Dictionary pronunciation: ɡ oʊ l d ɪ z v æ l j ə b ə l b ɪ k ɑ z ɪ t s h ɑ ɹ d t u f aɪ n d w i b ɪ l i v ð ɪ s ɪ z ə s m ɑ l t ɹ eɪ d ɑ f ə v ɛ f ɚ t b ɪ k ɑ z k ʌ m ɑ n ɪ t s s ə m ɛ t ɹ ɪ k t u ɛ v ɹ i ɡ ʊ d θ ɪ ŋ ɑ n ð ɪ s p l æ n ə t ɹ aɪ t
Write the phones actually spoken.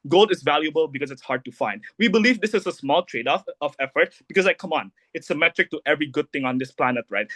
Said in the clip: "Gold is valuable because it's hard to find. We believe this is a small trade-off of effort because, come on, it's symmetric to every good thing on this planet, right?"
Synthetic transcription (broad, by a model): ɡ oʊ l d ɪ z v æ l j ə b ə l b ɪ k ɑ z ɪ t s h ɑ ɹ d t u f aɪ n d w i b ɪ l i v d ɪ s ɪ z ə s m ɑ l t ɹ eɪ d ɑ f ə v ɛ f ɚ t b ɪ k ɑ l k ʌ m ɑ n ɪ t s s ə m ɛ t ɹ ɪ k t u ɛ v ɹ i ɡ ʊ d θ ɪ ŋ ɑ n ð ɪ s p l æ n ə t ɹ aɪ t